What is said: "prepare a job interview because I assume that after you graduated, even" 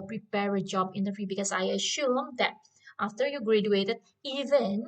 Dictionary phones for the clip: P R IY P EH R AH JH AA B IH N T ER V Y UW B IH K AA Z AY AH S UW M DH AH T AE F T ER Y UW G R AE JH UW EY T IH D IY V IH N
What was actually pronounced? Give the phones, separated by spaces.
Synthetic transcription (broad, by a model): P R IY P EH R AH JH AA B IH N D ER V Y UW B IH K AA S AY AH SH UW M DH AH T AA F T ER Y UW G R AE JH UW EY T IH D IY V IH N